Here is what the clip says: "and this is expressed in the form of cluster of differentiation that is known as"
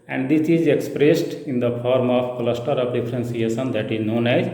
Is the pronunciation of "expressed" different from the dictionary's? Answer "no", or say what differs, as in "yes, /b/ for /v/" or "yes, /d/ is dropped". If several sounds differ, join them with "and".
no